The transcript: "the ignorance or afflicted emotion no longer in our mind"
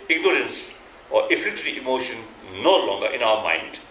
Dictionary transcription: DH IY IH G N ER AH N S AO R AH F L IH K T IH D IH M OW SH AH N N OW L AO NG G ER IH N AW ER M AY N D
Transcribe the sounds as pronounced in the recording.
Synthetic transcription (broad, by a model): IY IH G N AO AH N S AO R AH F IH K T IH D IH M OW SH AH N N OW L AO NG G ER IH N AW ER M AY N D